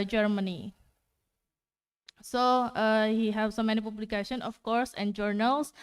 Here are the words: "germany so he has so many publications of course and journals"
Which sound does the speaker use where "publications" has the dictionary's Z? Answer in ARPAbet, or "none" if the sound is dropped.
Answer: none